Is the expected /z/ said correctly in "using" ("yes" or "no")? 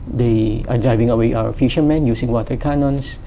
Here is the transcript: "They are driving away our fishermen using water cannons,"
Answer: no